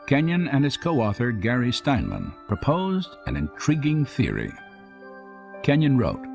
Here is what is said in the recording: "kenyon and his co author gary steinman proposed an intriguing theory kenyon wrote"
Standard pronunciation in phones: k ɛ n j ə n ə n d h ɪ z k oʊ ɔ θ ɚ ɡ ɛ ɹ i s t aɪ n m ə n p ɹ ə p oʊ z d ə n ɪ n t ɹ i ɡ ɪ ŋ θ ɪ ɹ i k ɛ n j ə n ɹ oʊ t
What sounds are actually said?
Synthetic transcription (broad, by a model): k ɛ n j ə n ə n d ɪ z k oʊ ɔ θ ɚ ɡ ɛ ɹ i s t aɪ n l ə n p ɹ ə p oʊ z d ə n ɪ n t ɹ i ɡ ɪ ŋ θ ɪ ɹ i k ɛ n j ə n ɹ oʊ t